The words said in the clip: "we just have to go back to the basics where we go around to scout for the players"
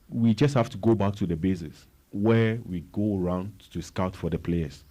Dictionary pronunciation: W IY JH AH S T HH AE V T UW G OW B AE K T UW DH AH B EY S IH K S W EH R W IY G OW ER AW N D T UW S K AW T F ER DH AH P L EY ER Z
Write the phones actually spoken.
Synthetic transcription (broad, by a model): W IY JH AH S T HH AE F T UW G OW B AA K T UW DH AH B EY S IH S W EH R W IY G OW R AW N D T UW S K AW T F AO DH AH P L EY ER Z